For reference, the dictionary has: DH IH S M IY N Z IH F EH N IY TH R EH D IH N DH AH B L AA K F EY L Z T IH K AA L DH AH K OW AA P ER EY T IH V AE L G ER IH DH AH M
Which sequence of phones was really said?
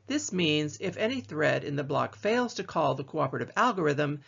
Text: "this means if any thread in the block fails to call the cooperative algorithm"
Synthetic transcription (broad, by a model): DH IH S M IY N Z IH F EH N IY TH R EH D IH N DH AH B L AA K F EY L Z T IH K AA L DH AH K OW AA P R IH T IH V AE L G ER IH DH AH M